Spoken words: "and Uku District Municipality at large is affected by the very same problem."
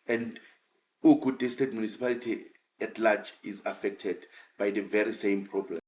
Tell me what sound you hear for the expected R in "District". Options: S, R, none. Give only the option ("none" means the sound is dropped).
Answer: none